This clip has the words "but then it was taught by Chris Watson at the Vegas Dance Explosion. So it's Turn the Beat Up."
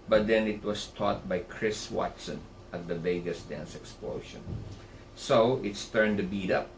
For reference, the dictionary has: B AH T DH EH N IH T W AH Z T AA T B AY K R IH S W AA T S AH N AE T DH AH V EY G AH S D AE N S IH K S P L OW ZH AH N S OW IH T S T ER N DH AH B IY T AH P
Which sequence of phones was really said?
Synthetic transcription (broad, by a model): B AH T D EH N IH T W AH S T AA T B AY K R IH S W AA T S AH N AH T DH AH V EY G AH S D AE N S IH K S P L OW SH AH N S OW IH T S T ER N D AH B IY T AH P